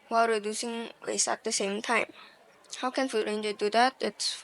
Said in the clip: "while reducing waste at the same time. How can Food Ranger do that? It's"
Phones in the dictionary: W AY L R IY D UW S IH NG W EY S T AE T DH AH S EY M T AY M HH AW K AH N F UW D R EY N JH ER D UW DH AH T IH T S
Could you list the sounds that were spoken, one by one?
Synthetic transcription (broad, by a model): W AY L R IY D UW S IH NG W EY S AE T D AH S EY M T AY M HH AW K AH N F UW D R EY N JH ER D UW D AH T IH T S